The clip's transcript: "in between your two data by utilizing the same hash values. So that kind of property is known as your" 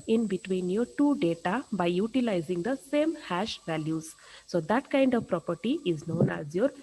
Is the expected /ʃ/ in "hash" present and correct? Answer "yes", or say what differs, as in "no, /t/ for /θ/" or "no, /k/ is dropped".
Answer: yes